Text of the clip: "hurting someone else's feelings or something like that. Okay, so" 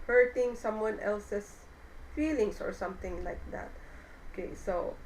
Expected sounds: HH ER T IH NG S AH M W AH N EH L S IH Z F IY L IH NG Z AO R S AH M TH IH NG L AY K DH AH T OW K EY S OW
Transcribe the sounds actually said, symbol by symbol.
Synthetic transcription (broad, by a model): HH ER T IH NG S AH M W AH N EH L S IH S F IY L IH NG S AO R S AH M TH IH NG L AY K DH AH T OW K EY S OW